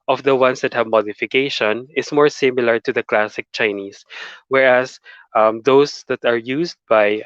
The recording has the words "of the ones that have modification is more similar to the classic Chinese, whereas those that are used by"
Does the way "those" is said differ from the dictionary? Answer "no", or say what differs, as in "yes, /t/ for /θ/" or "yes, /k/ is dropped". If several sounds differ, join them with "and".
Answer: yes, /s/ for /z/